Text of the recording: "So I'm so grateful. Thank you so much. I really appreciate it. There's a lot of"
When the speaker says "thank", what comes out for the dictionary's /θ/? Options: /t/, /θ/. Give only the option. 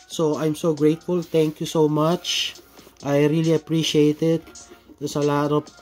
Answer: /t/